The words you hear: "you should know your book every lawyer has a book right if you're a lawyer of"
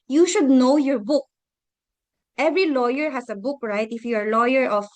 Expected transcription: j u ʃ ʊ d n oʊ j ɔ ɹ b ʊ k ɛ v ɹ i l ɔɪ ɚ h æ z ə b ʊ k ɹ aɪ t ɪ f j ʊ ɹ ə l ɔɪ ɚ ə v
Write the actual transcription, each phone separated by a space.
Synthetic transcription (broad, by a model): j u ʃ ʊ d n oʊ j ɔ ɹ b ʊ k ɛ v ɹ i l ɔɪ ɚ h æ s ə b ʊ k ɹ aɪ t ɪ f j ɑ ɹ l ɔɪ ɚ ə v